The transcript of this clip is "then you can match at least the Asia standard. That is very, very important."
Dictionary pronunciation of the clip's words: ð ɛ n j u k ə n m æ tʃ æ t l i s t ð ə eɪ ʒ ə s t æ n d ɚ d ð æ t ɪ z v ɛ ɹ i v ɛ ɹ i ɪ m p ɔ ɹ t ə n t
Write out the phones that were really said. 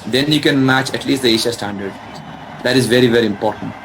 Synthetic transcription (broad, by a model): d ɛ n j u k ə n m æ tʃ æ t l i s t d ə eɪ ʃ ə s t æ n d ɚ d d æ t ɪ z v ɛ ɹ i v ɛ ɹ i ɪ m p ɔ ɹ t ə n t